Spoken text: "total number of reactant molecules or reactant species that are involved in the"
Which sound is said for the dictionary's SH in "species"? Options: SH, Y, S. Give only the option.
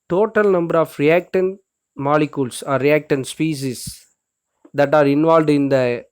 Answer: S